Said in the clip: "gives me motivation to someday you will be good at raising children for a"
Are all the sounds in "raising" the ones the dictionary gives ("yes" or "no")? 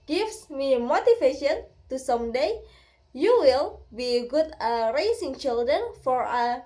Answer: no